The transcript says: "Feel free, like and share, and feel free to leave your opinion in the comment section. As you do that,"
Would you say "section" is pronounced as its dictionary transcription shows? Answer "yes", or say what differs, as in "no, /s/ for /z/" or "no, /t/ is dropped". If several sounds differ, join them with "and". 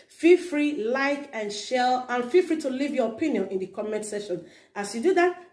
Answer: no, /k/ is dropped